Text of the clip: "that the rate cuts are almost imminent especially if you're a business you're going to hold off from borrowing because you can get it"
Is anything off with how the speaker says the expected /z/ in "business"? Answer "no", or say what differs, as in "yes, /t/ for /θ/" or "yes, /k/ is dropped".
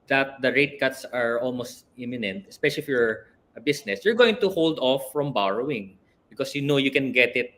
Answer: yes, /s/ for /z/